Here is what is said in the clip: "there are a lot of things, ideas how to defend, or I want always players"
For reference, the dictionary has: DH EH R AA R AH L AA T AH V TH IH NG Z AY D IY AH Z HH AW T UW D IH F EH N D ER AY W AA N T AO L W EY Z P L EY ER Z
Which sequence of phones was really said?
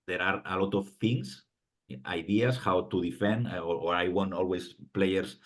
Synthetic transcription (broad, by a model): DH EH R AA R AH L AA T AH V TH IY NG S AY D IY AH S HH AW T UW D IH F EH N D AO AY W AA N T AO L W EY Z P L EY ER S